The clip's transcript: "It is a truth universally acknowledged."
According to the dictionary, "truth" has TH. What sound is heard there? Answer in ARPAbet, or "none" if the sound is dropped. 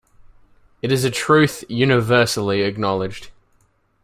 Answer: TH